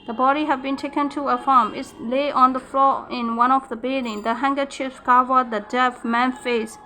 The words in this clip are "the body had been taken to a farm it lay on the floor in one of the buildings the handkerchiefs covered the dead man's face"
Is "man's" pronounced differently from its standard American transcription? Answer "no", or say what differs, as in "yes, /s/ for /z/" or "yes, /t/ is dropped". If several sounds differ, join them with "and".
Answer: yes, /z/ is dropped